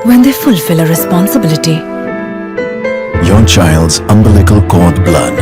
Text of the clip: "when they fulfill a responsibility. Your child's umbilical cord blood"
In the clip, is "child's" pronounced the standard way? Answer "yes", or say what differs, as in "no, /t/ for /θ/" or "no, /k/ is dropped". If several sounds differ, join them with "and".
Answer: yes